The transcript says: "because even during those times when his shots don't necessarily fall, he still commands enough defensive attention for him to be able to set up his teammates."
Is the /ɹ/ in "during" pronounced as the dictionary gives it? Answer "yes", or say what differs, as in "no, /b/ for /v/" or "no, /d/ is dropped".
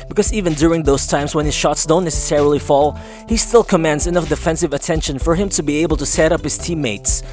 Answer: yes